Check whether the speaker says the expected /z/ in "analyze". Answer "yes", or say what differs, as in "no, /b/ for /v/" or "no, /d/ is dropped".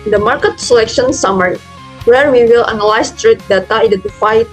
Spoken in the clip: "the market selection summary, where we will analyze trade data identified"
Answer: no, /s/ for /z/